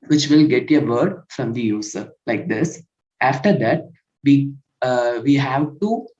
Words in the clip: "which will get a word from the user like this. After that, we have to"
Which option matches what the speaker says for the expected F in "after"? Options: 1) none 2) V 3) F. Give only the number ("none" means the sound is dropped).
3